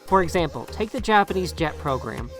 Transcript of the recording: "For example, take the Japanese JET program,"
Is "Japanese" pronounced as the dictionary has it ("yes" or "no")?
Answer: yes